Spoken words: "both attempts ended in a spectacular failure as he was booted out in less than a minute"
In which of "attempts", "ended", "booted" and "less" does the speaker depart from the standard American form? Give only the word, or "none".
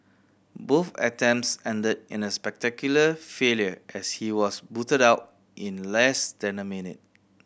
attempts